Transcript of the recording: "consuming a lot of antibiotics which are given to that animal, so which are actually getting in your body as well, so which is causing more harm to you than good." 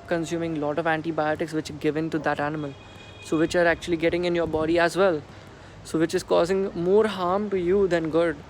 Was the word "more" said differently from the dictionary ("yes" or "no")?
no